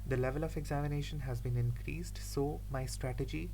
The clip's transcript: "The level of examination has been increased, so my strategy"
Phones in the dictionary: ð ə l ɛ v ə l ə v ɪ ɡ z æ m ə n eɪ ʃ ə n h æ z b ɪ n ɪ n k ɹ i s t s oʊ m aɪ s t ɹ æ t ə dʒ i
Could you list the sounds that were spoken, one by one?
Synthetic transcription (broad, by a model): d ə l ɛ v ə l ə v ɪ ɡ z æ m ə n eɪ ʃ ə n h æ z b ɪ n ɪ n k ɹ i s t s oʊ m aɪ s t ɹ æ t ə dʒ i